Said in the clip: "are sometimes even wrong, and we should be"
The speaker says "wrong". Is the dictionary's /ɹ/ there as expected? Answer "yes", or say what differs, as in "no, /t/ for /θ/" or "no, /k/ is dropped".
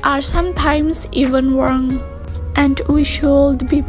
no, /w/ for /ɹ/